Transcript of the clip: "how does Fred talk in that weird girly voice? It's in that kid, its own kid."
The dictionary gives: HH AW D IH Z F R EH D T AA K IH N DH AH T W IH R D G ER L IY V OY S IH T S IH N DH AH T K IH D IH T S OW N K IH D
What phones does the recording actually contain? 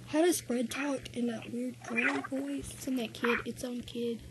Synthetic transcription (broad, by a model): HH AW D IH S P R EH D T AA K IH N DH AH T W IH R D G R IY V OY IH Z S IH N DH AH T K IH D IH T S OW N K IH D